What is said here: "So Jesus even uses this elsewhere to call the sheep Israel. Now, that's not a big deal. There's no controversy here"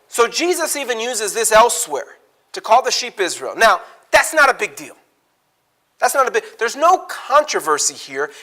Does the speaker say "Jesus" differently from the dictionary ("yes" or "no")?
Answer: no